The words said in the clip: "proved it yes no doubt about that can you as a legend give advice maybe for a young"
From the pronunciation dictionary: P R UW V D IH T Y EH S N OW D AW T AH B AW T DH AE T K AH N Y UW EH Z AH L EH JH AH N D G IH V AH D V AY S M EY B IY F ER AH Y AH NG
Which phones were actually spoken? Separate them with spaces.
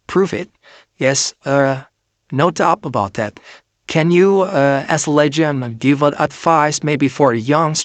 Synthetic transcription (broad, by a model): P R UW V IH T Y EH S N OW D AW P AH B AW T DH AE T K AH N Y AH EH S AH L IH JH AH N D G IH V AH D F AY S M EY B IY F ER AH Y AH NG